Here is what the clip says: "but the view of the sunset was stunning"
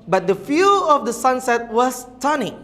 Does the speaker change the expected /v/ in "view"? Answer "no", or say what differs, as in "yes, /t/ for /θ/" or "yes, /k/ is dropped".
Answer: yes, /f/ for /v/